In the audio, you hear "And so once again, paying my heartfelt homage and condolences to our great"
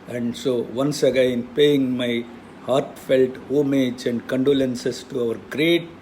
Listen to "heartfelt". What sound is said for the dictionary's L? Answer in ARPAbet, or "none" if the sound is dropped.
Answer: L